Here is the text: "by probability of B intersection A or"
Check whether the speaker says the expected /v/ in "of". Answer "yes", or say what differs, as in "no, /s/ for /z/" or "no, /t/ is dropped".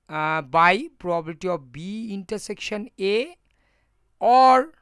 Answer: no, /p/ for /v/